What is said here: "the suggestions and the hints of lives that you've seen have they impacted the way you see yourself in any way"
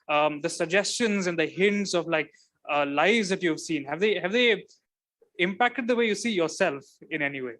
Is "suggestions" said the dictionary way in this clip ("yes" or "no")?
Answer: yes